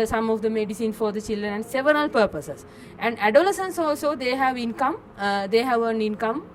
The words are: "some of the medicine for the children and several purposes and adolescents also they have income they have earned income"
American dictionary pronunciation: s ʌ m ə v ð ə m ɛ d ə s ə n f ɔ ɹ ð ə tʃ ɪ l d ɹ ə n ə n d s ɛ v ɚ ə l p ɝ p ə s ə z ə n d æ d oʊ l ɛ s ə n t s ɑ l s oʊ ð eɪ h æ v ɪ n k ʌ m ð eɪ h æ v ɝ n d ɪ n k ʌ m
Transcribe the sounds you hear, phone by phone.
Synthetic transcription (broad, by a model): s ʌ m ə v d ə m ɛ d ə s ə n f ɔ ɹ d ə tʃ ɪ l d ɹ ə n ə n d s ɛ v ɚ ə l p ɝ p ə s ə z ə n d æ d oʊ l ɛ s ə n s ɑ l s oʊ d eɪ h æ v ɪ n k ʌ m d eɪ h æ v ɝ n ɪ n k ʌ m